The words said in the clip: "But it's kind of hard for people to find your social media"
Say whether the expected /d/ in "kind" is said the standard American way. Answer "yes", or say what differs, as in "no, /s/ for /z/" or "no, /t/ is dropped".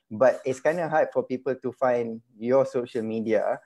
yes